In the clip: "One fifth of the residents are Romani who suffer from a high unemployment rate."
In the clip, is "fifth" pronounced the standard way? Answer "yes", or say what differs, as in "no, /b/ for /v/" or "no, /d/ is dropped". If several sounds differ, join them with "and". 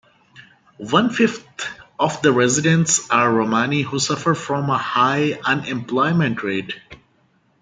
no, /t/ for /θ/